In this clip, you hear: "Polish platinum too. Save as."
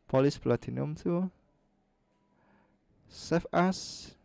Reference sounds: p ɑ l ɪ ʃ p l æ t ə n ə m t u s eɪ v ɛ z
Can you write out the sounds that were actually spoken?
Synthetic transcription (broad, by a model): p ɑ l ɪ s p l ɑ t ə n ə m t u s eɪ f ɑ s